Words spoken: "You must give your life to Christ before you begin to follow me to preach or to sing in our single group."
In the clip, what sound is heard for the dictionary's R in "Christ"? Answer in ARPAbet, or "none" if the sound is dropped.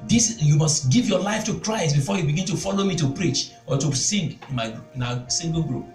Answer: R